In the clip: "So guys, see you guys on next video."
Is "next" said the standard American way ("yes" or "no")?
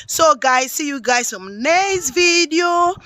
no